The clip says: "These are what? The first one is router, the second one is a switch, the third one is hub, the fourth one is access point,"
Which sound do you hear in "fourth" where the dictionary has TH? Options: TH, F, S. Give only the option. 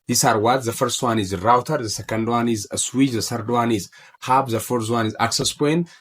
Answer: S